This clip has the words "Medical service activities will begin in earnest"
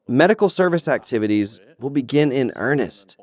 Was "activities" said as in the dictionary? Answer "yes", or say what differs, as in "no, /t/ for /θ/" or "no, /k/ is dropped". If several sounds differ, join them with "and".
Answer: yes